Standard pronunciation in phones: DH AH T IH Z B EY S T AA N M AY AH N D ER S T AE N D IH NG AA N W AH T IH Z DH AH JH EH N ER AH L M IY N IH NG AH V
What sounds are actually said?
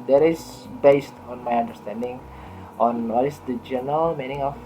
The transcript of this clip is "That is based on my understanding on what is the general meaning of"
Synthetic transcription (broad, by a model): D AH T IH S B EY S T AA N M AY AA N D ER S T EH N D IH NG AA N W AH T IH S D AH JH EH N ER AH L M IY N IH NG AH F